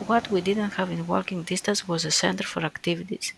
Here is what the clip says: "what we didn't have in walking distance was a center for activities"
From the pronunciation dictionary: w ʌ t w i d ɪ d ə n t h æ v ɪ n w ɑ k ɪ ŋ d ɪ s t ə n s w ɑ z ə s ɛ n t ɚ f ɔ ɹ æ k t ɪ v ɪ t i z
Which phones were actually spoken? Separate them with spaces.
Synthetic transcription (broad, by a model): w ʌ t w i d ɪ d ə n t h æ v ɪ n w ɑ k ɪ ŋ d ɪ s t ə n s w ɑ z ə s ɛ n t ɚ f ɔ ɹ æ k t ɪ v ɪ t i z